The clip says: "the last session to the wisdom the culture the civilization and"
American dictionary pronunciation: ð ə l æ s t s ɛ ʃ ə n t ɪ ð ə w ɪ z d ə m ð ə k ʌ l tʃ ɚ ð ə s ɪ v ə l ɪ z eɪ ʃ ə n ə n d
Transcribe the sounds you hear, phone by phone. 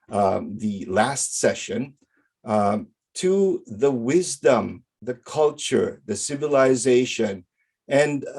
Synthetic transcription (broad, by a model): ð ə l æ s t s ɛ ʃ ə n t ɪ ð ə w ɪ z d ə m ð ə k ʌ l tʃ ɚ ð ə s ɪ v ə l ɪ z eɪ ʃ ə n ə n